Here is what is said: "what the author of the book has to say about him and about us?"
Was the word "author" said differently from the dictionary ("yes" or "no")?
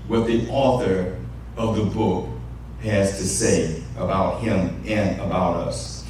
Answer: no